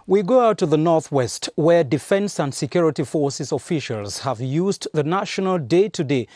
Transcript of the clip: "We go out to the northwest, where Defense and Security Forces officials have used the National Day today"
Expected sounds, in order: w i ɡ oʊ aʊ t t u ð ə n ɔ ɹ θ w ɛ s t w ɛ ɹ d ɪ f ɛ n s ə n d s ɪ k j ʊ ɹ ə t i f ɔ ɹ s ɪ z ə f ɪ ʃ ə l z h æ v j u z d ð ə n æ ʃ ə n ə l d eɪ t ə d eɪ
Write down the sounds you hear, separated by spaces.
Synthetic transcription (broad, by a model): w i ɡ oʊ aʊ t t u ð ə n ɔ ɹ θ w ɛ s t w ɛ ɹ d ɪ f ɛ n s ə n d s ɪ k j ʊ ɹ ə t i f ɔ ɹ s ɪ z ə f ɪ ʃ ə l z h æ v j u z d ð ə n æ ʃ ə n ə l d eɪ t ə d eɪ